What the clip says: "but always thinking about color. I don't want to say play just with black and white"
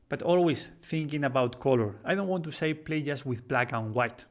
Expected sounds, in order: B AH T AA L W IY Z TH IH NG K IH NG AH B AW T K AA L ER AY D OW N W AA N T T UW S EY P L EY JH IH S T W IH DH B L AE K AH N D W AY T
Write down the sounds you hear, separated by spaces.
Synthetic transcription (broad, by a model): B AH T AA L W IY S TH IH NG K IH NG AH B AW T K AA L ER AY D OW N W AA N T T UW S EY P L EY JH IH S W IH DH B L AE K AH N W AY T